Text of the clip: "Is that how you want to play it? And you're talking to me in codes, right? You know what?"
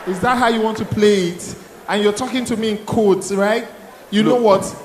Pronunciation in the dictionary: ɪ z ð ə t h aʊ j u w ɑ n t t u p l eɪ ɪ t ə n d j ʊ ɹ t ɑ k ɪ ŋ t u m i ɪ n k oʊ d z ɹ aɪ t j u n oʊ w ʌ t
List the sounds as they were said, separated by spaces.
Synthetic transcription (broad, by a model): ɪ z ð ə t h aʊ j u w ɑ n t t u p l eɪ ɪ t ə n j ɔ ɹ t ɑ k ɪ ŋ t u m i ɪ n k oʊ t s ɹ aɪ t j u n oʊ w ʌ t